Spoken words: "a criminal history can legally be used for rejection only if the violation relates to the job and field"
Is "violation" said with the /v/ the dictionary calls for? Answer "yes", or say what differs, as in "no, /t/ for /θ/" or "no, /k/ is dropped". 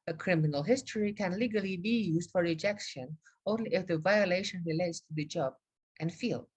yes